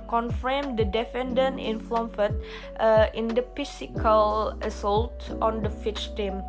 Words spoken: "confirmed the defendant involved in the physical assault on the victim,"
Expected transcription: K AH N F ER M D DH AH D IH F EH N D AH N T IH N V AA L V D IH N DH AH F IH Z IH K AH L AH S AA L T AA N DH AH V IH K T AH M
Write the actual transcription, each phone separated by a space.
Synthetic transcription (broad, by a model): K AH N F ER M D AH D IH F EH N D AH N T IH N F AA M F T IH N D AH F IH S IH K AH L AH S AA L T AA N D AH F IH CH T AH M